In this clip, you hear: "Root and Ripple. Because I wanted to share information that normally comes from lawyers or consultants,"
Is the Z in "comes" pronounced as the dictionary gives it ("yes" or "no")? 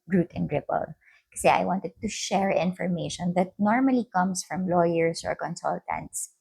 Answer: no